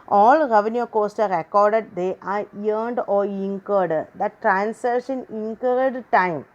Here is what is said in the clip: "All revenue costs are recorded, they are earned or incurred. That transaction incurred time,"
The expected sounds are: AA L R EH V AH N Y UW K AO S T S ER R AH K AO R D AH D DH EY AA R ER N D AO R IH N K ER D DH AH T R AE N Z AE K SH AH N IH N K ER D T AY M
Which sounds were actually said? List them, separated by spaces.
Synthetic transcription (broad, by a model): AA L R EH V AH N Y UW K AO S T S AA R AH K AO R D AH D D EY AA R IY N D AO R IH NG K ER D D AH T R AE N S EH SH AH N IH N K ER D T AY M